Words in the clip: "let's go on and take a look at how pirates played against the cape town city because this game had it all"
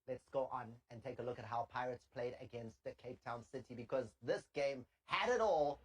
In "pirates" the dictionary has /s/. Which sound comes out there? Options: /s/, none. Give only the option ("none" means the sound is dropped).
/s/